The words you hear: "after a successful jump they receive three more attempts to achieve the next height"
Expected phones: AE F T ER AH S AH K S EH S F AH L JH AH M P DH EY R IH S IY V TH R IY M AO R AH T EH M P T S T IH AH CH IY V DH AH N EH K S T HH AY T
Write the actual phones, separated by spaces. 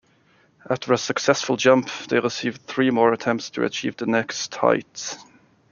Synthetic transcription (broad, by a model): AE F T ER AH S AH K S EH S F AH L JH AH M P DH EY R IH S IY V TH R IY M AO R AH T EH M P T S T IH AH CH IY V DH AH N EH K S T HH AY T